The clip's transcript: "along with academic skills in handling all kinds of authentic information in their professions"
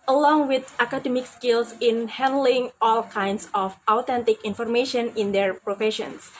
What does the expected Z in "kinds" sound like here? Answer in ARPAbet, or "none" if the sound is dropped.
S